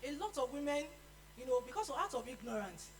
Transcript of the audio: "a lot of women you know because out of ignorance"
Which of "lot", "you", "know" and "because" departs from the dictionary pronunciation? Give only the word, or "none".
because